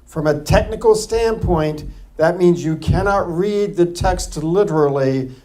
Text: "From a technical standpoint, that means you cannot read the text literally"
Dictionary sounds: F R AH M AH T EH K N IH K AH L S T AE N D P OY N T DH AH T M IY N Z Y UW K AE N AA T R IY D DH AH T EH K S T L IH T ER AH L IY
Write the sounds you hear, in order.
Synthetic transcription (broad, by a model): F R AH M AH T EH K N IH K L S T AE N P OY N DH AH T M IY N Z Y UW K AE N AA T R IY D DH AH T EH K S T L IH T ER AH L IY